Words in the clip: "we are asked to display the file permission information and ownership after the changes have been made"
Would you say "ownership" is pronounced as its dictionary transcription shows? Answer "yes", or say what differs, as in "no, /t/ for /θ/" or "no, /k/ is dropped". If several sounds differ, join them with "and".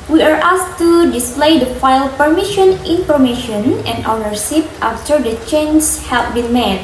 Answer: no, /s/ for /ʃ/